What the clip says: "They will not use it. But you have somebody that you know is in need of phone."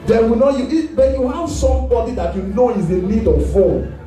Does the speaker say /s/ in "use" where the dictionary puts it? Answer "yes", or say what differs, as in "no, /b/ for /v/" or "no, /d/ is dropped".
no, /s/ is dropped